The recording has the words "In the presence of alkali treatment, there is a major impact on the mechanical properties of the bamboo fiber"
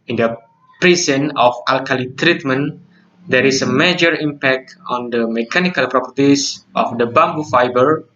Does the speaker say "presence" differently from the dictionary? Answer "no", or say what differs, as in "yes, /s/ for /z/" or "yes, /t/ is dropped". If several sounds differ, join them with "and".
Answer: yes, /s/ is dropped